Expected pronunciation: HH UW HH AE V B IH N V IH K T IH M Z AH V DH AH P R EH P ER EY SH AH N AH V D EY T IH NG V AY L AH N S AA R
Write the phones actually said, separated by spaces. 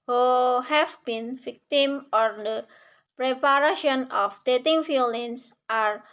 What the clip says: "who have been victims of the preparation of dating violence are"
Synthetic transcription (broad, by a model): HH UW HH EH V B IH N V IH K T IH M AH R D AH P R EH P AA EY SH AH N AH F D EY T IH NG F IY L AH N S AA R